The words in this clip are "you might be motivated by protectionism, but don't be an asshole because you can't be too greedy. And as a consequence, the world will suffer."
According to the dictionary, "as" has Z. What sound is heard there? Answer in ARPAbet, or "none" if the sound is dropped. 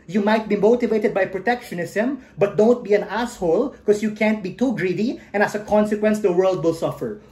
S